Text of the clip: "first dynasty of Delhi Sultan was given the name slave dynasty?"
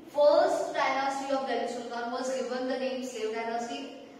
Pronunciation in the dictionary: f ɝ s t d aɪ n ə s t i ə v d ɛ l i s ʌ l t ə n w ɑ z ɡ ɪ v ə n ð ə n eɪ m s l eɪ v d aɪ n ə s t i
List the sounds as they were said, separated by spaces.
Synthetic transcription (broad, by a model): f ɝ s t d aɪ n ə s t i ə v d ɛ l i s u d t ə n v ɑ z ɡ ɪ v ə n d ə n eɪ m s eɪ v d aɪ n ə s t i